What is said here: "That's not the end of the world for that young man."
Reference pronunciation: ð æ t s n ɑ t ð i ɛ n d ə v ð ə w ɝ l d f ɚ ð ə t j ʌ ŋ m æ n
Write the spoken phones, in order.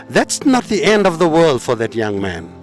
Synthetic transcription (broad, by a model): ð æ t s n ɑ t ð i ɛ n d ə v ð ə w ɝ l d f ɚ ð ə t j ʌ ŋ m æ n